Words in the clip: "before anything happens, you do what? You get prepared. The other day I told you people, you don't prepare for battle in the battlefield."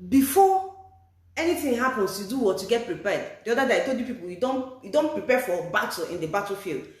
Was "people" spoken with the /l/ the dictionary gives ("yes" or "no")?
no